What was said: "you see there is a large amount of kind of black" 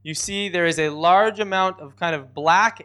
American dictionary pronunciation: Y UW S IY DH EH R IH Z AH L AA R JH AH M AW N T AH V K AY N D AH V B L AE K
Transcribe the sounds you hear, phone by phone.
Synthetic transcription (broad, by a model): Y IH S IY DH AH R IH Z AH L AA R JH AH M AW N T AH V K AY N D AH V B L AE K